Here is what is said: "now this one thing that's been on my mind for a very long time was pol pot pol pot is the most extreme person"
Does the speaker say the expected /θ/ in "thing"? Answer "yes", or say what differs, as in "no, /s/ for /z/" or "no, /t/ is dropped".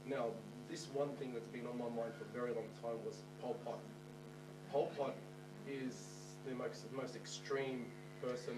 yes